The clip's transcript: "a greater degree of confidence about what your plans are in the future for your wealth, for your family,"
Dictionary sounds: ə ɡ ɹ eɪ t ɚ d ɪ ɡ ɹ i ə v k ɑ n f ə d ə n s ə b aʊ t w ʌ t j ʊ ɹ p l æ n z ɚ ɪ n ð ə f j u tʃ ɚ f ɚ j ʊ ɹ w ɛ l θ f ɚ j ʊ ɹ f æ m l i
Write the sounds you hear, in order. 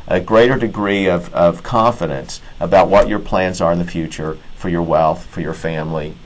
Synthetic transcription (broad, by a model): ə ɡ ɹ eɪ t ɚ d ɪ ɡ ɹ i ə v k ɑ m f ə d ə n s ə b aʊ t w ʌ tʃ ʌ ɹ p l æ n z ɚ ɪ n ð ə f j u tʃ ɚ f ɚ j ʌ ɹ w ɛ l θ f ɚ j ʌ ɹ f æ m l i